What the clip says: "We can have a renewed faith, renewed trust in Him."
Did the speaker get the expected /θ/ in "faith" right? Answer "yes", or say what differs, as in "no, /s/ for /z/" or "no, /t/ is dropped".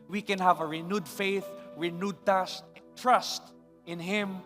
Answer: yes